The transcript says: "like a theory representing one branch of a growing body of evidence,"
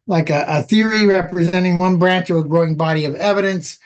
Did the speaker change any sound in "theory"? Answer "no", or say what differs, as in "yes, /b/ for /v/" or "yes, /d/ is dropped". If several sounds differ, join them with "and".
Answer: no